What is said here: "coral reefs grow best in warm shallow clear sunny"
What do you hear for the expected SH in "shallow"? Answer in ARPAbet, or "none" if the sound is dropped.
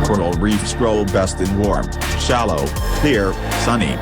SH